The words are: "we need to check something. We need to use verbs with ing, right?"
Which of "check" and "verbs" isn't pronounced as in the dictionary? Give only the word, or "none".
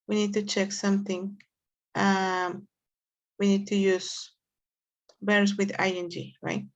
verbs